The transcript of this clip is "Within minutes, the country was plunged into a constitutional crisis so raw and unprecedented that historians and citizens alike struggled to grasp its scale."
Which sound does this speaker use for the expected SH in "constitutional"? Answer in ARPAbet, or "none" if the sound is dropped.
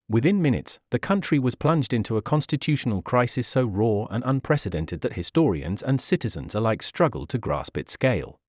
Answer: SH